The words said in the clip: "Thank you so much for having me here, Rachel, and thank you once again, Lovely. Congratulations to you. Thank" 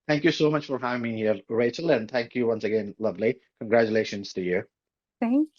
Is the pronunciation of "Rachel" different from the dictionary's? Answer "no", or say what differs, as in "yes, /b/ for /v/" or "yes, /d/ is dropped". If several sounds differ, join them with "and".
no